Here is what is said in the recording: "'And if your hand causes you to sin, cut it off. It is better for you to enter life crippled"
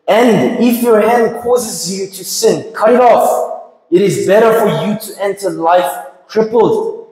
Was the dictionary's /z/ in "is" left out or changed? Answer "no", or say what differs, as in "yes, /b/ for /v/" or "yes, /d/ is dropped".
no